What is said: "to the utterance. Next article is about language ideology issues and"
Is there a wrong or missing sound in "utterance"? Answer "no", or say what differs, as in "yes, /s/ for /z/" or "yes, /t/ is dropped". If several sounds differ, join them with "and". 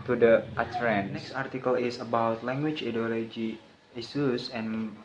yes, /s/ is dropped